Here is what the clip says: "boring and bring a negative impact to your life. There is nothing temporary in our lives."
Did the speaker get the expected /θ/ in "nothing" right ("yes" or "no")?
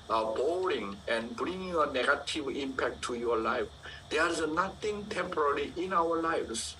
no